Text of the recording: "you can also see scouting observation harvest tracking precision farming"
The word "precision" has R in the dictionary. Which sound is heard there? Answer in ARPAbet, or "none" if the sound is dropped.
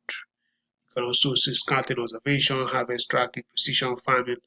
none